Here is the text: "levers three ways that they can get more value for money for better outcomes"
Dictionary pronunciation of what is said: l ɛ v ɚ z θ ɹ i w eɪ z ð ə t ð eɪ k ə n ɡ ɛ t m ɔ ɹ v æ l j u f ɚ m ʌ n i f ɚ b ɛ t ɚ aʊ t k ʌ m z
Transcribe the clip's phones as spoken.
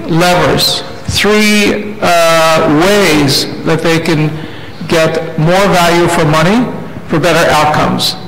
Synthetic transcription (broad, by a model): l ɛ v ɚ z θ ɹ i w eɪ z ð ə t ð eɪ k ə n ɡ ɛ t m ɔ ɹ v æ l j u f ɚ m ʌ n i f ɚ b ɛ t ɚ aʊ t k ʌ m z